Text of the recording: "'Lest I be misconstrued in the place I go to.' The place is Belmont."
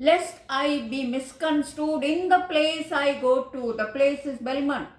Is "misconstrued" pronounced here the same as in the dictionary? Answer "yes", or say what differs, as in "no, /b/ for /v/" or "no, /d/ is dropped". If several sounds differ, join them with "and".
no, /ɹ/ is dropped